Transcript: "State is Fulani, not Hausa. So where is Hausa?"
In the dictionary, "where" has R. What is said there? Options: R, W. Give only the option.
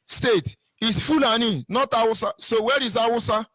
R